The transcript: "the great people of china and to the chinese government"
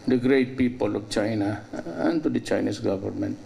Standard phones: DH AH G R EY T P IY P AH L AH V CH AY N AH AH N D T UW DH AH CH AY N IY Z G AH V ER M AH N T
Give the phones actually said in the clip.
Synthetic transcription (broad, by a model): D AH G R EY T P IY P AH L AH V CH AY N AH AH N T UW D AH CH AY N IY S G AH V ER M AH N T